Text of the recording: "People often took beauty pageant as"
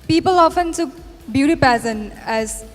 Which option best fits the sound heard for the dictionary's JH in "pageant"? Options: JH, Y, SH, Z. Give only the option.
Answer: Z